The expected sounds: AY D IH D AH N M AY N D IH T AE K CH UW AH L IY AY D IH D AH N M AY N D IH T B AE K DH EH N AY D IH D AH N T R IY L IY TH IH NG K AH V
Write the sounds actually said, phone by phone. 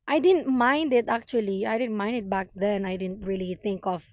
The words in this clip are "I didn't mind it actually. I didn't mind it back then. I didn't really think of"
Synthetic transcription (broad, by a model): AY D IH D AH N M AY N D IH T AE K CH UW AH L IY AY D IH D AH N M AY N D IH T B AE K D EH N AY D IH D AH N T R IY L IY T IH NG K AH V